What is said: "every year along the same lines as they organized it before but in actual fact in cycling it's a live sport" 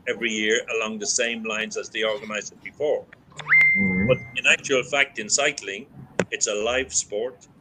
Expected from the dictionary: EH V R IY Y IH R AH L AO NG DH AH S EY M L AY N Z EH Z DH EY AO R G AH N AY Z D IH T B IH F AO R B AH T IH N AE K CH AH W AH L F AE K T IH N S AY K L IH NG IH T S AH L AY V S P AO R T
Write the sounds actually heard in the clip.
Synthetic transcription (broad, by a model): EH V R IY Y IH R AH L AO NG DH AH S EY M L AY N Z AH Z DH EY AO R G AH N AY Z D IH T B IH F AO R B AH T IH N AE K CH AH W AH L F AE K T IH N S AY K L IH NG IH T S AH L AY V S P AO R T